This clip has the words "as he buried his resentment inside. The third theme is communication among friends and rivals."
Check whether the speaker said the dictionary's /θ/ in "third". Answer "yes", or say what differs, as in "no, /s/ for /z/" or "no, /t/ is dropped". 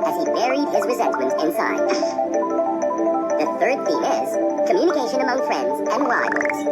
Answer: yes